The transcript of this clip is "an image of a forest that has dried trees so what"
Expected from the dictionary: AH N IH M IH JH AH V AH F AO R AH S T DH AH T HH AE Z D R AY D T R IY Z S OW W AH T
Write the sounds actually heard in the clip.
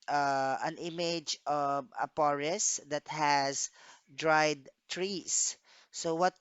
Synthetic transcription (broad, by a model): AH N IH M IH JH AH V AH P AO R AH S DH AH T HH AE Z D R AY D T R IY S S OW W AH T